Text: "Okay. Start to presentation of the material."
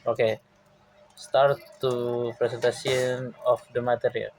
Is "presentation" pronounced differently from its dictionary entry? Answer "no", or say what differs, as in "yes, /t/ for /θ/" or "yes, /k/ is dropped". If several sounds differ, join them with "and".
yes, /s/ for /z/ and /s/ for /ʃ/